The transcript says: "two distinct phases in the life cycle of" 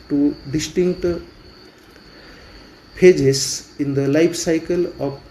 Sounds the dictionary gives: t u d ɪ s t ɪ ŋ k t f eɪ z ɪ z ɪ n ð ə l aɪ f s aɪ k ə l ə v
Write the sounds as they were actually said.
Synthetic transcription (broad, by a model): t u d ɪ s t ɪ ŋ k t p eɪ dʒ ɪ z ɪ n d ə l aɪ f s aɪ k ə l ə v